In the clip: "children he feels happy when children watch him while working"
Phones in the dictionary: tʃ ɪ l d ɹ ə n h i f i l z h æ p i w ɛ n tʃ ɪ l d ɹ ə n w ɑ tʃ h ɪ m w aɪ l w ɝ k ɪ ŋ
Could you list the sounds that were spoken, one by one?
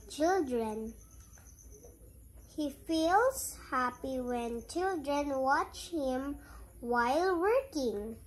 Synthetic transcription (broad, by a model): tʃ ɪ l d ɹ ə n h i f i l s h æ p i w ɛ n tʃ ɪ l d ɹ ə n w ɑ tʃ h ɪ m w aɪ l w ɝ k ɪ ŋ